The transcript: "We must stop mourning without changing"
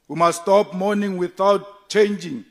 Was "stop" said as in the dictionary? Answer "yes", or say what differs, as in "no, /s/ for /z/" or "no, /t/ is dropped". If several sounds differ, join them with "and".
yes